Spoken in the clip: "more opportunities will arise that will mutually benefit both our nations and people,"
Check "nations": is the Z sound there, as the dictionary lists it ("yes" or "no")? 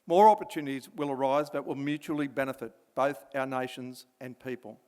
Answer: yes